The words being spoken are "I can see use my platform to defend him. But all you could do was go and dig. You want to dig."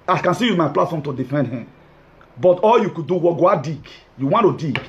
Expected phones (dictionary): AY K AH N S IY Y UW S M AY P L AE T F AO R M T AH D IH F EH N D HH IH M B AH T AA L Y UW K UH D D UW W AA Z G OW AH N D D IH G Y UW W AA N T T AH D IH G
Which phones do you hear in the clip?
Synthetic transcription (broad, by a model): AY K AH N S IY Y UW M AY P L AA T F AO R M T AH D IH F EH N D HH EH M B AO T AA L Y UW K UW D D UW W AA G OW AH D D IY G Y UW W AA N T T AH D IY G